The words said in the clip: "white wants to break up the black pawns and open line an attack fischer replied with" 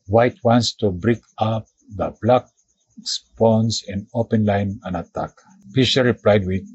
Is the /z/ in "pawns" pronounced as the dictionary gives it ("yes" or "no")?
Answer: no